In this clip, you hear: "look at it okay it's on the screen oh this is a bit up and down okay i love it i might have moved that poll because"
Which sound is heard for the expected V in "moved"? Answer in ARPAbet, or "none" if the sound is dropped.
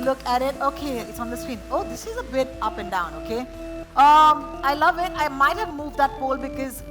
V